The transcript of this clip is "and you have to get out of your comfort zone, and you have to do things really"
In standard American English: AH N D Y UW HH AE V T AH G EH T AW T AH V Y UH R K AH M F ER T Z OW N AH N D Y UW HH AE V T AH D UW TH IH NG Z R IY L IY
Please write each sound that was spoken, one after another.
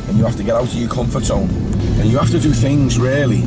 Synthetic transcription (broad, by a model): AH N Y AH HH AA F T AH G EH T AW T AH V Y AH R K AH M F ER T S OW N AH N Y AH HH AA F T AH D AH TH IH NG Z R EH L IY